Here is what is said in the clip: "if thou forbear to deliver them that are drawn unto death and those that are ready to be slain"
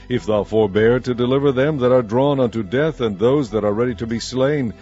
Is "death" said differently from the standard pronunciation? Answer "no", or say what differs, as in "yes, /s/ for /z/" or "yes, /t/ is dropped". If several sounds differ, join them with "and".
no